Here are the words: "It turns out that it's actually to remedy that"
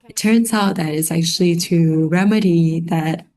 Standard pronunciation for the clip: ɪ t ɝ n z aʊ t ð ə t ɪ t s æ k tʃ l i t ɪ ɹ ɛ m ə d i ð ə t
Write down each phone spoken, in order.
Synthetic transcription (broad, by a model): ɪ t ɝ n z aʊ t ð ə t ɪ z æ k tʃ l i t ɪ ɹ ɛ m ə d i ð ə t